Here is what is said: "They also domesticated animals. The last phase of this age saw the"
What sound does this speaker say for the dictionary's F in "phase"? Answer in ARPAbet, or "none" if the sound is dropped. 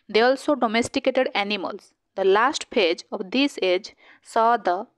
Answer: P